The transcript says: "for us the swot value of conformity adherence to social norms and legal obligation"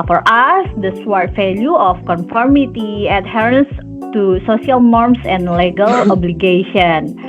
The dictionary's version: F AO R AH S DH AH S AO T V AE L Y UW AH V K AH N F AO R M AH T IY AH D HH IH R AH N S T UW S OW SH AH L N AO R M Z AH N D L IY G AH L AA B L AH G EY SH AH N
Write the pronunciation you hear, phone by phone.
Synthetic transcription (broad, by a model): F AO R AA S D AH S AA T F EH L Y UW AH F K AH N F AO R M AH T IY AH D HH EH R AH N S T UW S OW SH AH L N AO R M S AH N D L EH G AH L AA B L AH G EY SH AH N